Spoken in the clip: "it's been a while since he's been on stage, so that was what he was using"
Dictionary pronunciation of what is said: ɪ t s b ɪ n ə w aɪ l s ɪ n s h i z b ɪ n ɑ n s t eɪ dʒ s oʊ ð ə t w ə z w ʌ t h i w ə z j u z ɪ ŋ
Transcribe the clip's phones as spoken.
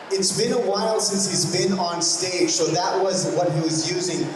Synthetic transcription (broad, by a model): ɪ t s b ɪ n ə w aɪ l s ɪ n s h i z b ɪ n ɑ n s t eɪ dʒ s oʊ ð ə t w ə z w ʌ t h i w ə z j u z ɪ ŋ